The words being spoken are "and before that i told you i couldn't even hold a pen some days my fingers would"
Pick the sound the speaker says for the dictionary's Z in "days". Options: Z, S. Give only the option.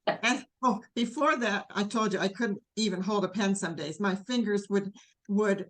Z